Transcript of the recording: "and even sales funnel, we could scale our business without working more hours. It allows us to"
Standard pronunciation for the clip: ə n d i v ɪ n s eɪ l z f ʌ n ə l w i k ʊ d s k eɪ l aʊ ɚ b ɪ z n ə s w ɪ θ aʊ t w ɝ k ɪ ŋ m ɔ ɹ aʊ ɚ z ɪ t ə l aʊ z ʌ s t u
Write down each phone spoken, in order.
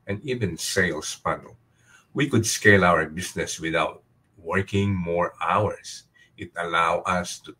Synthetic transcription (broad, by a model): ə n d i v ɪ n s eɪ l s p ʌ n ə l w i k ʊ d s k eɪ l aʊ ɚ b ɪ s n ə s w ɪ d aʊ t w ɝ k ɪ ŋ m ɔ ɹ aʊ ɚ s ɪ t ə l aʊ ʌ s t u